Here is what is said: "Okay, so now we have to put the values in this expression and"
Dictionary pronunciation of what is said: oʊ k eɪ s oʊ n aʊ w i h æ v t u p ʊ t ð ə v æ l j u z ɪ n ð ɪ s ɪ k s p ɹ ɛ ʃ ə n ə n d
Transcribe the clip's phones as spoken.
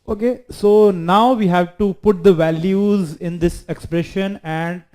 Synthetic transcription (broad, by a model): oʊ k eɪ s oʊ n aʊ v i h æ v t u p ʊ t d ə v æ l j u z ɪ n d ɪ s ɪ k s p ɹ ɛ ʃ ə n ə n d